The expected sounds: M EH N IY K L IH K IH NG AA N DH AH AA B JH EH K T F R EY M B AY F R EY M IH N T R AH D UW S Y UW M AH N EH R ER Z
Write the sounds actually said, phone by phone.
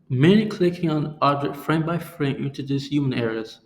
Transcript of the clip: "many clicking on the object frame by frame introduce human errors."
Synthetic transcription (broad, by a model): M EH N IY K L IH K IH NG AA N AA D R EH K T F R EY M B AY F R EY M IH N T AH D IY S Y UW M AH N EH R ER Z